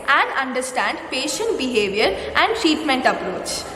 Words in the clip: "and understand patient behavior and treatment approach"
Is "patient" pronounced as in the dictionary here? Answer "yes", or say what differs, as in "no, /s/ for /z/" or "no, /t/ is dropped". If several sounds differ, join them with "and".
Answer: yes